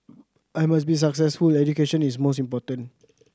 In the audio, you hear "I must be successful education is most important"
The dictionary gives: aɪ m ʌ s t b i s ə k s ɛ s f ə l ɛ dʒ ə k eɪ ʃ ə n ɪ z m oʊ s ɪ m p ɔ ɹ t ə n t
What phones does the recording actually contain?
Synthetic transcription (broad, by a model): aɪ m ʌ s b i s ə k s ɛ s f ə l ɛ dʒ ə k eɪ ʃ ə n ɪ s m oʊ s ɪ m p ɔ t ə n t